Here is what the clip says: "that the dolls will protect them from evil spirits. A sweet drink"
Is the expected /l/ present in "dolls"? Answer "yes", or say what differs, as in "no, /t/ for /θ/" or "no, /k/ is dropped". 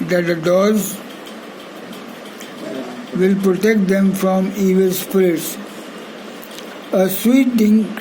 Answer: no, /l/ is dropped